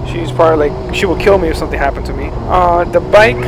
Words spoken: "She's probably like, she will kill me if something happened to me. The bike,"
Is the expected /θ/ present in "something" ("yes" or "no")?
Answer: yes